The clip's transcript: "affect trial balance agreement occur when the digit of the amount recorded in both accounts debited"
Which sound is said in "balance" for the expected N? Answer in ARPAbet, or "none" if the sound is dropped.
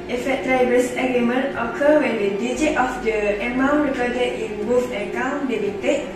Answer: none